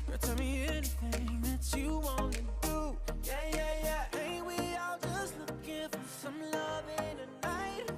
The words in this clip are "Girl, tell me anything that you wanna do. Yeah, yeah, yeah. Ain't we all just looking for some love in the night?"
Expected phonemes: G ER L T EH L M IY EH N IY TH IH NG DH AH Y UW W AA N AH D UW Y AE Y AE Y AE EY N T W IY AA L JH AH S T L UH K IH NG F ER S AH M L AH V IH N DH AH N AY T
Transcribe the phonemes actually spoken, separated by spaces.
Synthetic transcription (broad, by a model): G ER T EH L M IY EH N IY TH IH NG DH AH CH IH W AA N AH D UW Y AE Y AE Y AE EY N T W IY AA L JH AH S T L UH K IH F ER S AH M L AH V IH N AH N AY T